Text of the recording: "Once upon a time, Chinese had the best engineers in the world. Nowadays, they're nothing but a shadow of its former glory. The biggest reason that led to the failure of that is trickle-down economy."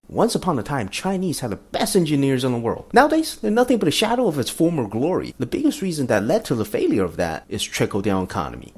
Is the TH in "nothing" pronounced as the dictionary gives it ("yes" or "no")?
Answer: yes